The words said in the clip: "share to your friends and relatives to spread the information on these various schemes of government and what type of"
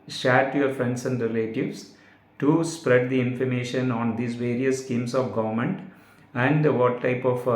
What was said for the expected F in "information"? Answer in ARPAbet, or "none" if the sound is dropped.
F